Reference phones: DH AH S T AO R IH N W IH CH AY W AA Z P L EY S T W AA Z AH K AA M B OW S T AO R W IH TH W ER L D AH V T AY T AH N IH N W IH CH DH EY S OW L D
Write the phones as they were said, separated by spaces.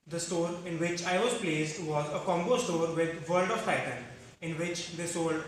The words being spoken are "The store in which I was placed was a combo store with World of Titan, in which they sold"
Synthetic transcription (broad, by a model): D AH S T AO R IH N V IH CH AY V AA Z P L EY S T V AA Z AH K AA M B OW S T AO R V IH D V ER L D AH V T AY T AH N IH N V IH CH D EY S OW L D